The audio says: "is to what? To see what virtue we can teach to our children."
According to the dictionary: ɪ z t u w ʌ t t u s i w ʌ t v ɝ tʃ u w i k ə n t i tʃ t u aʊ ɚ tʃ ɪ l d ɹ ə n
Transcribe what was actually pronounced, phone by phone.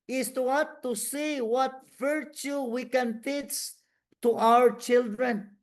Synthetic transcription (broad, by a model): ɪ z t u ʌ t t u s i w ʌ t v ɝ tʃ u w i k ə n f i s t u aʊ ɚ tʃ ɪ l d ɹ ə n